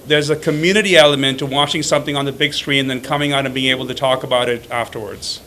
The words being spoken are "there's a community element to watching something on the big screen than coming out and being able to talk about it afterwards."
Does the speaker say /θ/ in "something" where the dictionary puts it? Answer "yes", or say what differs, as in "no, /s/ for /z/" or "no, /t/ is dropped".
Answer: yes